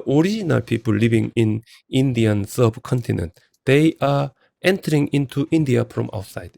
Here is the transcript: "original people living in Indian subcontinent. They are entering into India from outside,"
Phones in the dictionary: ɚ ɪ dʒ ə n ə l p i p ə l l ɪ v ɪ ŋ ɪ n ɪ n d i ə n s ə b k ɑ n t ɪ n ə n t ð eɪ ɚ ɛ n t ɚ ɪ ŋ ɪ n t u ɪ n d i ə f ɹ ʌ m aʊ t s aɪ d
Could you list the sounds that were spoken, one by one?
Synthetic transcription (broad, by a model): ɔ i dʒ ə n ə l p i p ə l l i b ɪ ŋ ɪ n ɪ n d i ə n s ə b k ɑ n t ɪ n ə n t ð eɪ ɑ ɛ n t ɚ ɪ ŋ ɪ n t u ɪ n d i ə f ɹ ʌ m aʊ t s aɪ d